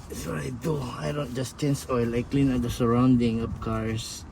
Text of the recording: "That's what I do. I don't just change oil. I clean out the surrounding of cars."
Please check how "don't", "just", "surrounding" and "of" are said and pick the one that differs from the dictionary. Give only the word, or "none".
of